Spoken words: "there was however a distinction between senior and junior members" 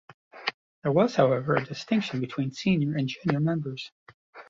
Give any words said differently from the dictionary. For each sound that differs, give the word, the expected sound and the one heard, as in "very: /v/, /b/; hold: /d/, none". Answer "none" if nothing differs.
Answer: none